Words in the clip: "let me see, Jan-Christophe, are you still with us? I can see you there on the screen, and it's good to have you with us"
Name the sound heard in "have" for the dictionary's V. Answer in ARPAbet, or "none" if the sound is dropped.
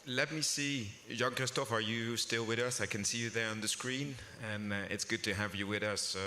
V